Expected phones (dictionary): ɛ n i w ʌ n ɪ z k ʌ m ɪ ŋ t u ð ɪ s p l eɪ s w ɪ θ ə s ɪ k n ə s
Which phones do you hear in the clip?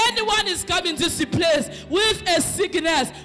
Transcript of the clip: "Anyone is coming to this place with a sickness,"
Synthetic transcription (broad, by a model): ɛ n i w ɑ n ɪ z k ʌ m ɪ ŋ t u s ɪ p l eɪ s w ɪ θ ə s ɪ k n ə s